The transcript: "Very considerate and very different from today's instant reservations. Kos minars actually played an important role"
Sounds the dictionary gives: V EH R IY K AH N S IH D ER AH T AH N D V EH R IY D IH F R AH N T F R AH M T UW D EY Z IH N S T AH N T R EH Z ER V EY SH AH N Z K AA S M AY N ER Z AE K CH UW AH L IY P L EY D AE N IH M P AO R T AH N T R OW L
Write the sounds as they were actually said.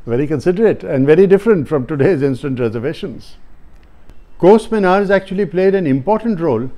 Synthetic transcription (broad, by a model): V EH R IY K AH N S IH D ER AH T AH N D V EH R IY D IH F R AH N T F R AH M T UW D EY Z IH N S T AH N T R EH Z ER V EY SH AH N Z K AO S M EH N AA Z AE K CH UW AH L IY P L EY D AE N IH M P AO R T AH N T R OW L